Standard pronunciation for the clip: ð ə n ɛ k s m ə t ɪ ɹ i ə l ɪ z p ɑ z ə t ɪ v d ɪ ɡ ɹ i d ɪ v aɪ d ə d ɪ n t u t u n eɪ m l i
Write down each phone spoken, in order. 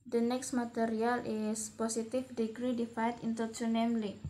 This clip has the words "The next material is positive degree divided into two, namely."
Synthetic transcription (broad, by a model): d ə n ɛ k s m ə t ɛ ɹ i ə l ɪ s p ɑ s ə t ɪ f d ɪ ɡ ɹ i d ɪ f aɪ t ɪ n t u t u n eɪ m l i